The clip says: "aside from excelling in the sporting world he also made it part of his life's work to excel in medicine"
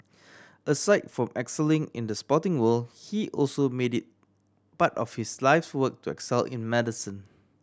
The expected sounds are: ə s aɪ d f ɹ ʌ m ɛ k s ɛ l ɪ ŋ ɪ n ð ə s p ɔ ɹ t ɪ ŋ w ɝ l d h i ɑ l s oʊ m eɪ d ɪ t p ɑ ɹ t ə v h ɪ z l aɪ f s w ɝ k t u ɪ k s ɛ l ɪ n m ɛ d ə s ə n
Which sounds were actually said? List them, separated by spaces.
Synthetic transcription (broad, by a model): ə s aɪ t f ɹ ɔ m ɛ k s ɛ l ɪ ŋ ɪ n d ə s p ɔ t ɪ ŋ w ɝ l h i ɑ l s oʊ m eɪ d ɪ t b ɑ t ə f h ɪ s l aɪ f s w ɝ k t u ɪ k s ɛ l ɪ n m ɛ d ə s ə n